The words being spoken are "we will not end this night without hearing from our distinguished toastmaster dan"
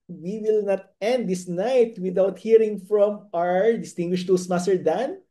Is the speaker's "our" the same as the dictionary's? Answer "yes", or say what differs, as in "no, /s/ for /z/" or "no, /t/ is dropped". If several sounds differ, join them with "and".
yes